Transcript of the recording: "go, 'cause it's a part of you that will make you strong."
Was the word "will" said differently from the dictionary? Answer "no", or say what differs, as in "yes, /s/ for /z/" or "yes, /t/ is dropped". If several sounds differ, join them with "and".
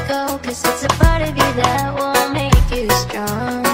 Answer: yes, /n/ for /l/